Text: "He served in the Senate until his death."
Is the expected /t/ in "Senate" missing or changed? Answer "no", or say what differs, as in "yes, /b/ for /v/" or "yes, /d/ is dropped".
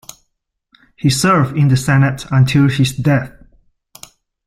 no